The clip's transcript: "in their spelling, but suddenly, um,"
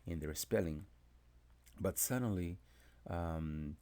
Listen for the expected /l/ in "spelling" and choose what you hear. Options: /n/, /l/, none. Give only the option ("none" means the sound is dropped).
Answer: /l/